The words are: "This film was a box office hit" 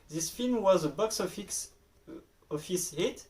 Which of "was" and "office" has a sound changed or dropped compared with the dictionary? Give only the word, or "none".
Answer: none